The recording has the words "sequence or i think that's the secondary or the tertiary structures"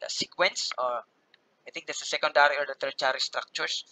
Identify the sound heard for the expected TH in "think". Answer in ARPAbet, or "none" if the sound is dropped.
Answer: T